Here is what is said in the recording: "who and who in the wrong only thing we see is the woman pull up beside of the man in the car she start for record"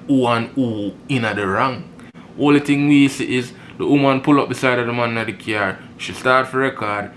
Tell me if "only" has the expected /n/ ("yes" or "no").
no